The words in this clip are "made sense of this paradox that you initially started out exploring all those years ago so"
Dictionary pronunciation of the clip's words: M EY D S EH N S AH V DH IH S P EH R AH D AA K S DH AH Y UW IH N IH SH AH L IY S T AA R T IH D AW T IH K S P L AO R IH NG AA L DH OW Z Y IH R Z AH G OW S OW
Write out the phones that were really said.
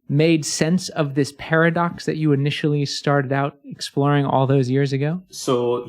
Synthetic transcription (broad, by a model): M EY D S EH N S AH V DH IH S P EH R AH D AA K S DH AH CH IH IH N IH SH L IY S T AA R T IH D AW T IH K S P L AO R IH NG AA L DH OW Z Y IH R Z AH G OW S OW